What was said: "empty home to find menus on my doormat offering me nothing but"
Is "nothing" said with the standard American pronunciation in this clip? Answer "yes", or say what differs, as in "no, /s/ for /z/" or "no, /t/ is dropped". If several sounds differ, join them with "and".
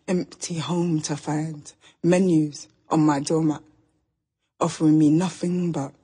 yes